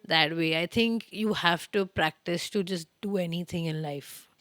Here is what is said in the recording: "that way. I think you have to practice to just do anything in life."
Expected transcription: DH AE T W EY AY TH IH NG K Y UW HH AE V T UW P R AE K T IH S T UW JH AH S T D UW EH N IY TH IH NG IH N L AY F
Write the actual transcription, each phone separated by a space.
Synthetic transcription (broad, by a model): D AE T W EY AY T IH NG K Y UW HH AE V T UW P R AE K T IH S T UW JH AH S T D UW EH N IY T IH NG IH N L AY F